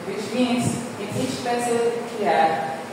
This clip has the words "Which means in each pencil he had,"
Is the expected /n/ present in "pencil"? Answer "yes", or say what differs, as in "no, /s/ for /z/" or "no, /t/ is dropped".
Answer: no, /n/ is dropped